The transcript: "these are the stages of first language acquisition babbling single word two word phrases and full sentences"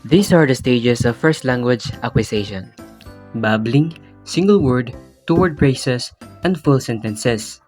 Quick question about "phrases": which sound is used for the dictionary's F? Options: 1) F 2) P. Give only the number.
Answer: 2